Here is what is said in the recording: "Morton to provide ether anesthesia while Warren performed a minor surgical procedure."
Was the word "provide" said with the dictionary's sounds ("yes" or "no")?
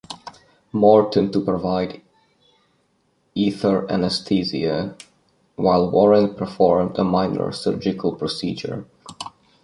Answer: yes